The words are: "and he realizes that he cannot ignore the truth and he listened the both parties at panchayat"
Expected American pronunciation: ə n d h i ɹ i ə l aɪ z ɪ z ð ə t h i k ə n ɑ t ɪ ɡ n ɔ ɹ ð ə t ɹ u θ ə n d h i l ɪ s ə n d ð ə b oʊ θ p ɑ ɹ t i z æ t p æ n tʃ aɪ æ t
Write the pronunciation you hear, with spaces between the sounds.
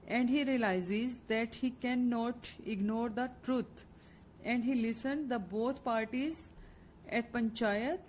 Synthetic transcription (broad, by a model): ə n d h i ɹ i ə l aɪ z ɪ z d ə t h i k ə n ɑ t ɪ ɡ n ɔ ɹ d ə t ɹ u t ə n d h i l ɪ s ə n d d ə b oʊ t p ɑ ɹ t i z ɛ t p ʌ n tʃ aɪ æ t